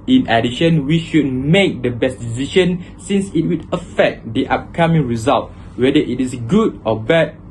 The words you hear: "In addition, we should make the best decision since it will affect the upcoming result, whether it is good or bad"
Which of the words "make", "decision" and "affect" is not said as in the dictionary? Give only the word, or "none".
decision